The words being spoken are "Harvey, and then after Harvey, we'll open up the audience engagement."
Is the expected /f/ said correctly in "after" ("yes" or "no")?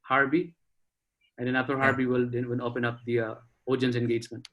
no